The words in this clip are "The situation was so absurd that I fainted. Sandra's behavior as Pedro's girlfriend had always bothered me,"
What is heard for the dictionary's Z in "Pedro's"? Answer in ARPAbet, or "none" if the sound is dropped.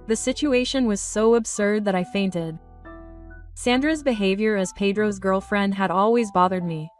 Z